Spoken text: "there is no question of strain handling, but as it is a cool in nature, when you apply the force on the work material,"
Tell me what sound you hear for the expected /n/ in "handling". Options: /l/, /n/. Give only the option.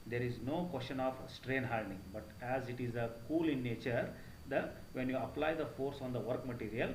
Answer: /l/